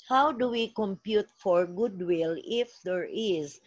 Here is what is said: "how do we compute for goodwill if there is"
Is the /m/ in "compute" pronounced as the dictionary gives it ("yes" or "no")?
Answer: yes